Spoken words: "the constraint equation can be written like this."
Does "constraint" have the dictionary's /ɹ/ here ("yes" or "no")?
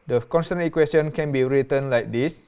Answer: no